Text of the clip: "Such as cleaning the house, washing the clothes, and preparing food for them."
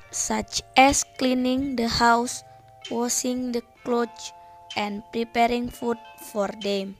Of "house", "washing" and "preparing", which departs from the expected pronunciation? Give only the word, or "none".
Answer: washing